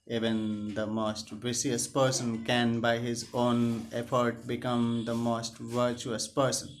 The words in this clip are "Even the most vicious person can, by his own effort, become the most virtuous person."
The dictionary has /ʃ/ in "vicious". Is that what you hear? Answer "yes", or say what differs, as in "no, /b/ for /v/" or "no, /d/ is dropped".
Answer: no, /s/ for /ʃ/